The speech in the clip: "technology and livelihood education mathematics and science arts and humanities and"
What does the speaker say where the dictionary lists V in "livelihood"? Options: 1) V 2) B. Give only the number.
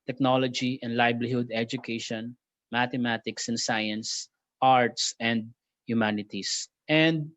2